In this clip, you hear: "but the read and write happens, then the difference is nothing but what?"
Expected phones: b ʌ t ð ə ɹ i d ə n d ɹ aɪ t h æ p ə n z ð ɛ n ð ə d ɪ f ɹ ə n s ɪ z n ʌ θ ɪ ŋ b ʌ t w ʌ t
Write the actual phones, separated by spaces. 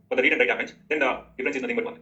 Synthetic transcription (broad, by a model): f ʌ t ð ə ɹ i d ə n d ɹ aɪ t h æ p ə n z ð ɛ n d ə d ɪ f ɹ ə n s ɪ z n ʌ t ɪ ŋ b ʌ t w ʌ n